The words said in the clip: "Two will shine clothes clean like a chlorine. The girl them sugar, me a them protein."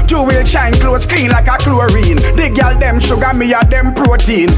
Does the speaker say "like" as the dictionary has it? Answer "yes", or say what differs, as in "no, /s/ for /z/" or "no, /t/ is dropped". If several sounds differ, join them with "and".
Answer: yes